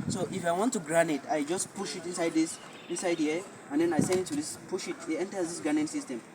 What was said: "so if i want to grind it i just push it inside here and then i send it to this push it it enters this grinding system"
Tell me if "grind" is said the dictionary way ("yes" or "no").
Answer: no